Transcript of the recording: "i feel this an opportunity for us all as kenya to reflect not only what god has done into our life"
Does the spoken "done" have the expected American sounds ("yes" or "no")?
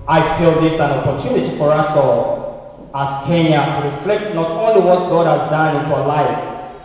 yes